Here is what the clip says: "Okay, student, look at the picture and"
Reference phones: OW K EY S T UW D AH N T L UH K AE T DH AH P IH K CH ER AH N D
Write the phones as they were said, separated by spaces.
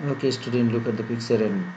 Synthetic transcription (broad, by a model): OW K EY S T UW D AH N T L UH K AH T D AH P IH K S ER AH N